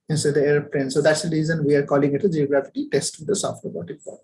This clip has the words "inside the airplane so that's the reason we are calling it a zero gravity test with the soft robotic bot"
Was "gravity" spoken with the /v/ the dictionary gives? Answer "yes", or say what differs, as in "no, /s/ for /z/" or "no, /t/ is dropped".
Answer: no, /f/ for /v/